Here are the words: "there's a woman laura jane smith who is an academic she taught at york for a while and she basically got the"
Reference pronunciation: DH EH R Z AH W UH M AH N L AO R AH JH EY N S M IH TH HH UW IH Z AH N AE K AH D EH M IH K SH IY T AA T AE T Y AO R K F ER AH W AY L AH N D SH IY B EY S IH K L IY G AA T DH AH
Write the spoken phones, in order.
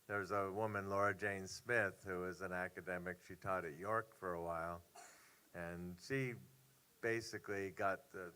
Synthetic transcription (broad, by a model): DH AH R Z AH W UH M AH N L AO R AH JH EY N S M IH TH HH UW IH Z AH N AE K AH D EH M IH K SH IY T AA T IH T Y AO R K F ER AH W AY L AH N SH IY B EY S IH K L IY G AA T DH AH